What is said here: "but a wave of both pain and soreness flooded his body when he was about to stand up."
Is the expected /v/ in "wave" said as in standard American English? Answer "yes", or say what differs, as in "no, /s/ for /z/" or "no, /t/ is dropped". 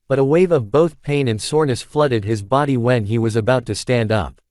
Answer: yes